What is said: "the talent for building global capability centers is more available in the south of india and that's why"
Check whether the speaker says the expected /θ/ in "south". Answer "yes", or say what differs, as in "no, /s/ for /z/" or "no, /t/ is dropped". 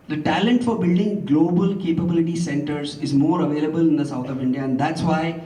no, /t/ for /θ/